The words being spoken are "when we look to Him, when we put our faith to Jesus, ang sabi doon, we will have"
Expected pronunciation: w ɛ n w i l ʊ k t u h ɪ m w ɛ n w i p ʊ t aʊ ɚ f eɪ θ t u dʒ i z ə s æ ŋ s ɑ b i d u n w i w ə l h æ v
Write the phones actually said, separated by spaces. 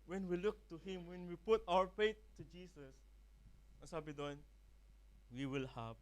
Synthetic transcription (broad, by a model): w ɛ n w i l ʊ k t u h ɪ m w ɛ n w i p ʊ t aʊ ɚ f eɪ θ t u dʒ i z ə s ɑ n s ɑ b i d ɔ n w i w ə l h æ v